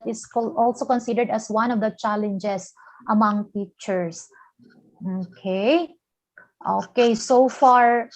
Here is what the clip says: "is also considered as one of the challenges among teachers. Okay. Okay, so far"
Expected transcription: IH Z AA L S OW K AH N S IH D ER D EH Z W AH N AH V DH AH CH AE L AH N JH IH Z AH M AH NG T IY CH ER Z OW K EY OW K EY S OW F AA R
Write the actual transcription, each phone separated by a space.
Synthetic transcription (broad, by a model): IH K AA L S OW K AH N S IH D ER D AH S W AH N AH V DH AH CH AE L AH N JH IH S AH M AH NG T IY CH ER S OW K EY OW K EY S OW F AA R